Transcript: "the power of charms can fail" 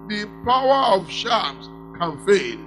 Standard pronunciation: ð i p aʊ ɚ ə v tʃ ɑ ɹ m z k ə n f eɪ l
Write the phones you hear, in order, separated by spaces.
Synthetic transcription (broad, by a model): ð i p aʊ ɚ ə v ʃ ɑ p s k ə n f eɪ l